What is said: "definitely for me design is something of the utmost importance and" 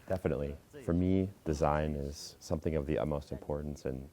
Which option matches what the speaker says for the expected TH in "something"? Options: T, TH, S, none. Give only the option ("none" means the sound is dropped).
TH